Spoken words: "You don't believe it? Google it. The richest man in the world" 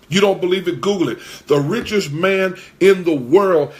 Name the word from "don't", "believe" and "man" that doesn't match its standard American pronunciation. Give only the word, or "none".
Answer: none